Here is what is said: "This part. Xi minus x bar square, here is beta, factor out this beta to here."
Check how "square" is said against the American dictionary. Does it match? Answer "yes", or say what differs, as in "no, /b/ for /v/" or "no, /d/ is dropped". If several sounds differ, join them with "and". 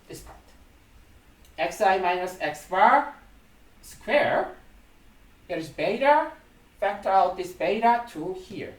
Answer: yes